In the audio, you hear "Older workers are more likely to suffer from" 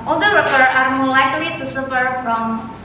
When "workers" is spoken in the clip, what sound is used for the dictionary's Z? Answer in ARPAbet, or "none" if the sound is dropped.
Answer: none